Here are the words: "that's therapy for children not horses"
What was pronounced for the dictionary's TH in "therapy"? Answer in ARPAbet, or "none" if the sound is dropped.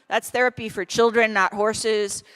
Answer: TH